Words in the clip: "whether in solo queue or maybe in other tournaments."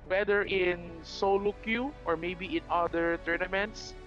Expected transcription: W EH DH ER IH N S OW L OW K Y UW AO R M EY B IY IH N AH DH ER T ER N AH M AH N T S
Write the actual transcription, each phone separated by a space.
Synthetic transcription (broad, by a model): W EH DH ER IH N S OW L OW K Y UW AO R M EY B IY IH N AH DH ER T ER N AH M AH N T S